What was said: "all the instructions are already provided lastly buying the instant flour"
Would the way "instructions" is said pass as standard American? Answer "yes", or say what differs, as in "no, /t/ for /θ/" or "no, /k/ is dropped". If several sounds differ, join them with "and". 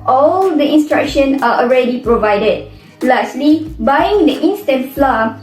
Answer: no, /z/ is dropped